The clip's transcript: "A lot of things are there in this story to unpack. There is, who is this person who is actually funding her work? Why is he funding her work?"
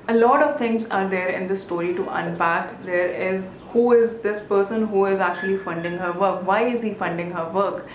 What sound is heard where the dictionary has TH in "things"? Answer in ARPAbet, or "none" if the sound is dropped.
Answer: T